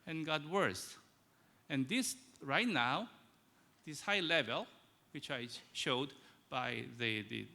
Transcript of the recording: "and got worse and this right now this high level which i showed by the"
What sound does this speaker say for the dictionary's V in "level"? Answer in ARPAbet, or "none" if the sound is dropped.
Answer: V